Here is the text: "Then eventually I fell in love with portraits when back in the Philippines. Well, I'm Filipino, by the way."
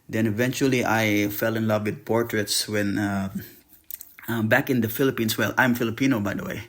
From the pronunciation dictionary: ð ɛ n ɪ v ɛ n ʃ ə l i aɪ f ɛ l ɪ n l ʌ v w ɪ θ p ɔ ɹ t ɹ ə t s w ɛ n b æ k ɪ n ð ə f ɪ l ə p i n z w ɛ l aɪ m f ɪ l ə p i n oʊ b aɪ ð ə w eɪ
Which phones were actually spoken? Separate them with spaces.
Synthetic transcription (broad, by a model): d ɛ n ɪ v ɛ n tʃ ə l i aɪ f ɛ l ɪ n l ʌ v w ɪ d p ɔ ɹ t ɹ ə t s w ɛ n b æ k ɪ n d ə f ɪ l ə p i n s w ɛ l aɪ m f ɪ l ə p i n oʊ b aɪ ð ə w eɪ